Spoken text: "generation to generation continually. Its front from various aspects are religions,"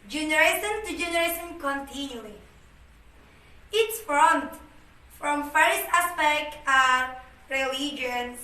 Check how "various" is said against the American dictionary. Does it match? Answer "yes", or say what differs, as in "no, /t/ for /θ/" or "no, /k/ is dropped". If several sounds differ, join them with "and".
no, /f/ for /v/